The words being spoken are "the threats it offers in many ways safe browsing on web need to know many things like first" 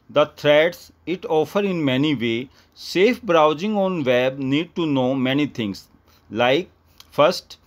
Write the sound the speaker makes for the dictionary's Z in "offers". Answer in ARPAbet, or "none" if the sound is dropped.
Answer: none